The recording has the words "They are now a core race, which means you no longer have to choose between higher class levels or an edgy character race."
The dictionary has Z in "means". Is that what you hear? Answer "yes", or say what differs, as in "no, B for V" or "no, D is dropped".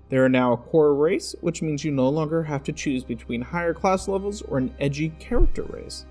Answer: yes